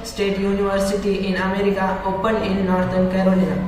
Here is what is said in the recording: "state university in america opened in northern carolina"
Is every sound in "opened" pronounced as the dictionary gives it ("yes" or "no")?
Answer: no